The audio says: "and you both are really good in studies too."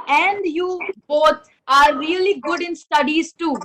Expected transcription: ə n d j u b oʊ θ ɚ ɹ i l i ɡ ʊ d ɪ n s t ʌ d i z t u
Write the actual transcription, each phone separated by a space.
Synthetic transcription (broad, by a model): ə n d j u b oʊ t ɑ ɹ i l i ɡ ʊ d ɪ n s t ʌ d i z t u